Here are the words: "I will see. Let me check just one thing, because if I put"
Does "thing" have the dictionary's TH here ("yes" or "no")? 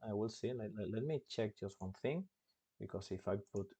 yes